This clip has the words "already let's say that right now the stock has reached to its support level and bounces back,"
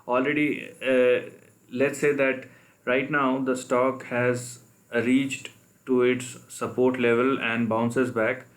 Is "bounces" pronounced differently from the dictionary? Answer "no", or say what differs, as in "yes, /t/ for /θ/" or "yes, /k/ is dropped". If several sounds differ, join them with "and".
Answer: no